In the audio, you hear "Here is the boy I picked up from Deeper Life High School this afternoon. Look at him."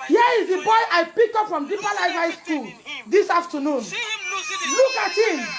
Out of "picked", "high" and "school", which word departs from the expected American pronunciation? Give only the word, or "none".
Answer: picked